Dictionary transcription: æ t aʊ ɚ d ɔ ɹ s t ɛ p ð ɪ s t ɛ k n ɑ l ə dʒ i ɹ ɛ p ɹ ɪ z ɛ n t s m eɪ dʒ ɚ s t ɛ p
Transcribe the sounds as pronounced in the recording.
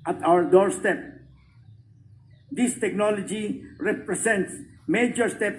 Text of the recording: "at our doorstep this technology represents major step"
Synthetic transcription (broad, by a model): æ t aʊ ɚ d ɔ ɹ s t ɛ p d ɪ s t ɛ k n ɑ l ə dʒ i ɹ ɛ p ɹ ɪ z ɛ n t s m eɪ dʒ ɚ s t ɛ p